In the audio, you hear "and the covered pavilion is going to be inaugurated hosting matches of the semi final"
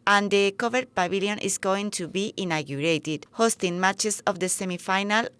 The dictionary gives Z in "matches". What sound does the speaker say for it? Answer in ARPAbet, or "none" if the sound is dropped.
S